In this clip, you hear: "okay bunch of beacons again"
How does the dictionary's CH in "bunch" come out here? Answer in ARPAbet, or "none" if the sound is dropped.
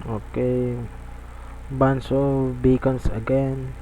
S